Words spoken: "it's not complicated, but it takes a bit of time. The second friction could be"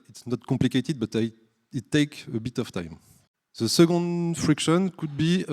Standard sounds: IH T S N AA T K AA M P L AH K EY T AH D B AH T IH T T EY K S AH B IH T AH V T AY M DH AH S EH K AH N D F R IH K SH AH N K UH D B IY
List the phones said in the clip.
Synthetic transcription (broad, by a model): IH T S N AA T K AA M P L AH K EY T AH D B AH T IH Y T EY K AH B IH T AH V T AY M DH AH S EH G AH N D F R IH K SH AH N K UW D B IY